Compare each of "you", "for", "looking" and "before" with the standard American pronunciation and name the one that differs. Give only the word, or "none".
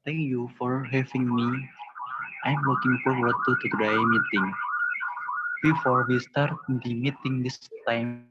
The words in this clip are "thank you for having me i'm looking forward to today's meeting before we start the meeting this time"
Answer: looking